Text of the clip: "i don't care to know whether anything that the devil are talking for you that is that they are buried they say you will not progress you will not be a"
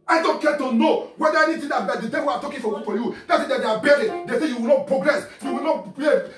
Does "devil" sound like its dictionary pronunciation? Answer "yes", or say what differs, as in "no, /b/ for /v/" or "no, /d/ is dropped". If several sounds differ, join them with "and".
no, /w/ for /l/